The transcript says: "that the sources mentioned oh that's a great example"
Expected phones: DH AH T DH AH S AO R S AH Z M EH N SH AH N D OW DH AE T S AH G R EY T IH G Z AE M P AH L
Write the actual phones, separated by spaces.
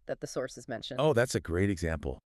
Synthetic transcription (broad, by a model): DH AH T DH AH S AO R S AH Z M EH N SH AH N OW DH AE T S AH G R EY T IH G Z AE M P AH L